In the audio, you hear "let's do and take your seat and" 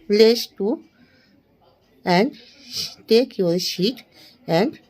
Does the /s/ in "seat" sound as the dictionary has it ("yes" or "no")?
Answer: no